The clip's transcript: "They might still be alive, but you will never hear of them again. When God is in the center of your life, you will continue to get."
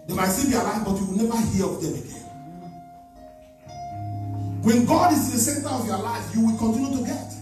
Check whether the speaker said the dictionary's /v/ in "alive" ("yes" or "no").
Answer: no